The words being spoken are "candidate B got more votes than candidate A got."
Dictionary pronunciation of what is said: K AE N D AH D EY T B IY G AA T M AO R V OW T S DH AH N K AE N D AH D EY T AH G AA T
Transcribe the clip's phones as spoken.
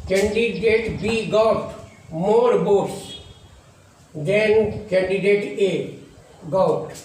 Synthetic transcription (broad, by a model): K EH N D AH D EY T B IY G AA T M AO R B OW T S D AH N K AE N D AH D EY T AH G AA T